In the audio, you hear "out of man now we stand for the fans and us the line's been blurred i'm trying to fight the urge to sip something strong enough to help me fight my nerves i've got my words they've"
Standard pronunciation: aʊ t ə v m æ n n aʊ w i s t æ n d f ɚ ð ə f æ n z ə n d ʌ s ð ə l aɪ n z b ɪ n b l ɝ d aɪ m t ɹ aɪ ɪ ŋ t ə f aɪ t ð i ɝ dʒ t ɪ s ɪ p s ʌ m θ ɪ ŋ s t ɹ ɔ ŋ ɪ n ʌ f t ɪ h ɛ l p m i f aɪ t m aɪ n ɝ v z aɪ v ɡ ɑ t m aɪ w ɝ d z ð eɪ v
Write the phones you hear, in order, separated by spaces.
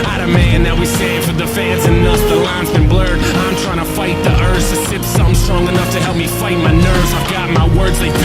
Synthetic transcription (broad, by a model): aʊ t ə m æ n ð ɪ w i s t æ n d f ɚ ð ə f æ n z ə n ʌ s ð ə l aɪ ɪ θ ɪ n b l ɝ d aɪ m t ɹ aɪ ɪ ŋ t ə f aɪ t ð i ɝ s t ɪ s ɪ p s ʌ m s t ɹ ɔ ŋ ɪ n ʌ f t ɪ h ɛ l p m i f aɪ t m aɪ n ɝ v z aɪ v ɡ ɑ t m aɪ w ɝ d z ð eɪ